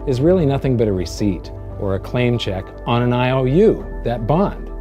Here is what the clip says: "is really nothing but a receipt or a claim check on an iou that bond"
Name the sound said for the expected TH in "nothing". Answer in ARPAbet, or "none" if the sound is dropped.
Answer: TH